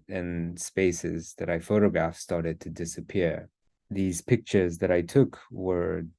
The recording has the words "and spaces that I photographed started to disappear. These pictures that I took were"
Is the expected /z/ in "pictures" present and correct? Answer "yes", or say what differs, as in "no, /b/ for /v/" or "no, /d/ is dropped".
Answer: yes